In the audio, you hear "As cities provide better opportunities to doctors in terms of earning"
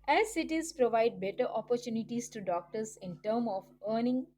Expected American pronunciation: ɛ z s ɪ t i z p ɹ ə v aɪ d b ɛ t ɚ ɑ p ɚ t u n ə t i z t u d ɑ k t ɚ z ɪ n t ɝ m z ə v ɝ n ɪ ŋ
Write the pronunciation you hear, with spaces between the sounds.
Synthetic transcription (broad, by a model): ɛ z s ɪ t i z p ɹ ə v aɪ d b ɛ t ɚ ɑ p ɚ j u n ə t i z t u d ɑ k t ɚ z ɪ n t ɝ m ə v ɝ n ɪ ŋ